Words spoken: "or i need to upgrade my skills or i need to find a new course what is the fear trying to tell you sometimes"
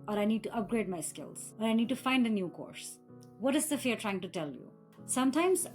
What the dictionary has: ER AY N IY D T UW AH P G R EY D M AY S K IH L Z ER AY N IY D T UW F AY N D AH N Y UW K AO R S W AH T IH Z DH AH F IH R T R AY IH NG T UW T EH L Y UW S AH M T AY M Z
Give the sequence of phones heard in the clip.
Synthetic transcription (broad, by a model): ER AY N IY D T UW AH P G R EY D M AY S K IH L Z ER AY N IY D T UW F AY N D AH N Y UW K AO R S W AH T IH Z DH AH F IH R T R AY IH NG T UW T EH L Y UW S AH M T AY M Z